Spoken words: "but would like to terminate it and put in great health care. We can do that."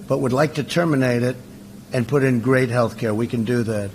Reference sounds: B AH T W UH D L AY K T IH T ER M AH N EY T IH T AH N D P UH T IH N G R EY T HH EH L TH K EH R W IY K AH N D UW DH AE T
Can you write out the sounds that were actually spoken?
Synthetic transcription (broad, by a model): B AH T W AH D L AY K T IH T ER M AH N EY T IH T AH N P UH T IH N G R EY T HH EH L TH K EH R W IY K AH N D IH DH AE T